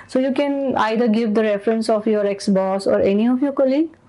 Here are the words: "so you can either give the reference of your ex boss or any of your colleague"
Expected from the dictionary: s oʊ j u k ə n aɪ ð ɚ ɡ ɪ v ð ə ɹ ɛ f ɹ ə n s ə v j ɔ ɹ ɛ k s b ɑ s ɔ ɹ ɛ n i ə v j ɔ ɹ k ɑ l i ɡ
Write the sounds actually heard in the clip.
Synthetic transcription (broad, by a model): s oʊ j u k ə n aɪ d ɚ ɡ ɪ v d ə ɹ ɛ f ɹ ə n s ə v j ɔ ɹ ɛ k s b ɑ s ɔ ɹ ɛ n i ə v j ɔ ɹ k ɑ l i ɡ